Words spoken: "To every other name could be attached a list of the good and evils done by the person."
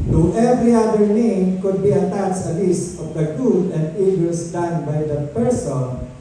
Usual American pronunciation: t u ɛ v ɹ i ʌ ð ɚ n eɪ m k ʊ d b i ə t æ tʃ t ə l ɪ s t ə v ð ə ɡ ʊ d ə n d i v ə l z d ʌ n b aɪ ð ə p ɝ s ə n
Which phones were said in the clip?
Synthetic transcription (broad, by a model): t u ɛ v ɹ i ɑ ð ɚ n eɪ m k ʊ d b i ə t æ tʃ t ə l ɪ s ə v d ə ɡ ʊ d ə n d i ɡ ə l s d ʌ n b aɪ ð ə p ɝ s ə n